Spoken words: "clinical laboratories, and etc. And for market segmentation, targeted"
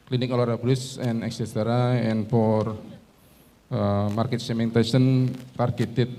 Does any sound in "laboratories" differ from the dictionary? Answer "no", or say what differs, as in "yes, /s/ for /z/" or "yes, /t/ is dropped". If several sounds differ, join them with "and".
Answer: yes, /b/ is dropped and /s/ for /z/